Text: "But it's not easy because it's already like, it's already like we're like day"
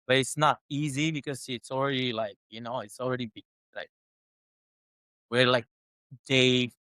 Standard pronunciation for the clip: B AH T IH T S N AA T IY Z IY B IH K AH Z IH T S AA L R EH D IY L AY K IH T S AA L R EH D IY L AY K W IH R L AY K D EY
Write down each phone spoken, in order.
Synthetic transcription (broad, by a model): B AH T IH T S N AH T IY Z IY B IH K AH Z IH T S L R EH D IY L AY K IH T S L R EH D IY L AY K W IH R L AY K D EY